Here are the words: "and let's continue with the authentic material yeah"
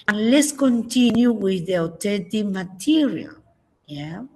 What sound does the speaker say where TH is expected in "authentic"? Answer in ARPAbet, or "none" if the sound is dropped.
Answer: T